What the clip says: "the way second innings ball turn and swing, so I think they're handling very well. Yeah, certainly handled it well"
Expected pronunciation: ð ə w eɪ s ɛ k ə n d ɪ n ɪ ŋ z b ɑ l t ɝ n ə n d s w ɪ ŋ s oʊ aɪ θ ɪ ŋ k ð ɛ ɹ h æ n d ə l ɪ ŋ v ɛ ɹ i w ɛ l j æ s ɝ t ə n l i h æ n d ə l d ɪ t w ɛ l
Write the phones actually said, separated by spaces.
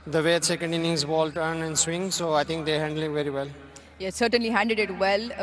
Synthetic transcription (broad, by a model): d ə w eɪ s ɛ k ə n d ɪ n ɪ ŋ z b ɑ l t ɝ n ə n d s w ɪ ŋ s oʊ aɪ t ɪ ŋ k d ɛ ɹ h æ n d ə l ɪ ŋ v ɛ ɹ i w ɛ l j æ s ɝ t ə n l i h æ n d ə d ɪ t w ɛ l